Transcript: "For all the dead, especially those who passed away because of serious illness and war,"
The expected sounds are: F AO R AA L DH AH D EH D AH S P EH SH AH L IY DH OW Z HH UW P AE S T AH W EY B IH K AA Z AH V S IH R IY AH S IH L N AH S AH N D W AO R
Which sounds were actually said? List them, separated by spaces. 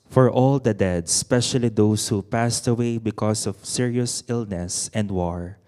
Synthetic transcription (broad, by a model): F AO R AA L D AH D EH D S S P EH SH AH L IY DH OW S HH UW P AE S T AH W EY B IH K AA S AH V S IH R IY AH S IH L N AH S AH N D W AO R